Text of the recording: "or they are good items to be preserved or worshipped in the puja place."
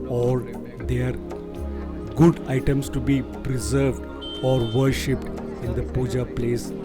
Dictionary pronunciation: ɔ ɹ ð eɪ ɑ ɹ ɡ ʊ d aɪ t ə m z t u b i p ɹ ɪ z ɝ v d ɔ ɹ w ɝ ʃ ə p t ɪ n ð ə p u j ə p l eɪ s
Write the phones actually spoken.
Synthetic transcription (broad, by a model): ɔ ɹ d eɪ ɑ ɹ ɡ ʊ d aɪ t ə m s t u b i p ɹ ɪ z ɝ v d ɔ ɹ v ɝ ʃ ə p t ɪ n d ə p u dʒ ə p l eɪ s